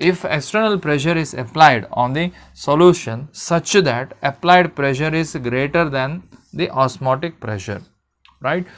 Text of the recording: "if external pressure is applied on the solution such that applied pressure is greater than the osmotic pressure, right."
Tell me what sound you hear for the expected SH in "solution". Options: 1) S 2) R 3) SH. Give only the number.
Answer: 3